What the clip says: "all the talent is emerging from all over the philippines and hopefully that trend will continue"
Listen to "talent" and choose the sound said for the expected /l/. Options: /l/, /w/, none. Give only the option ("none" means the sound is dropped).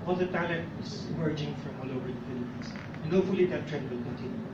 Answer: /l/